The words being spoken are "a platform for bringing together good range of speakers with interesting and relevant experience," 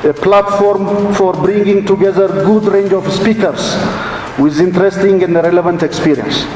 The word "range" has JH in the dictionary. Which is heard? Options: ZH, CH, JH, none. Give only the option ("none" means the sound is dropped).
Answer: JH